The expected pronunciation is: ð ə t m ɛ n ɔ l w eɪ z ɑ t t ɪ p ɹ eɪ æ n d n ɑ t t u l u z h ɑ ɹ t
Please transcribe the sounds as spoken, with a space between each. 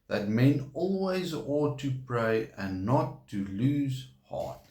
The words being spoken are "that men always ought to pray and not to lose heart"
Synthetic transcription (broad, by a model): ð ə t m ɛ n ɔ l w eɪ z ɑ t t ɪ p ɹ eɪ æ n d n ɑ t t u l u z h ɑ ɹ t